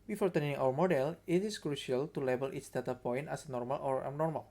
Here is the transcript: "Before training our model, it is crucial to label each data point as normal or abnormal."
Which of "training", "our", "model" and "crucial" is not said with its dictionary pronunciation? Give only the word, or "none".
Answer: training